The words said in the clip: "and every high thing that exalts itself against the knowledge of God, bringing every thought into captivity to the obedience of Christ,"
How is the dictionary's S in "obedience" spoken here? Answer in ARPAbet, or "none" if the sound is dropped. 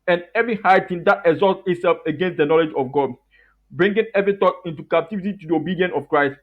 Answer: none